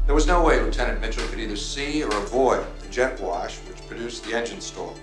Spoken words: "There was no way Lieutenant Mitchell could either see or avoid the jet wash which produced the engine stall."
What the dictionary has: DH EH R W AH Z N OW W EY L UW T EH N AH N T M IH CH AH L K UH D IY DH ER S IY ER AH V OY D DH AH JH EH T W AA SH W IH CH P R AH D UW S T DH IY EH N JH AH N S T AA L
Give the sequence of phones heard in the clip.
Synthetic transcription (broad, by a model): DH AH R W AH Z N OW W EY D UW T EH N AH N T M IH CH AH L K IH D IY DH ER S IY ER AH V OY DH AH JH EH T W AA SH W IH CH P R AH D UW S DH IY EH N JH AH N S T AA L